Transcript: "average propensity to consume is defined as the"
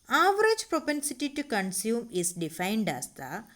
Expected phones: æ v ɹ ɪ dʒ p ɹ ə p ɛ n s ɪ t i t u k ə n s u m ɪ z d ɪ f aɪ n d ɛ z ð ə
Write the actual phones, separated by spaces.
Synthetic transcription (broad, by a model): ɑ v ɹ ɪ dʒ p ɹ ə p ɛ n s ɪ t i t u k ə n s u m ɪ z d ɪ f aɪ n d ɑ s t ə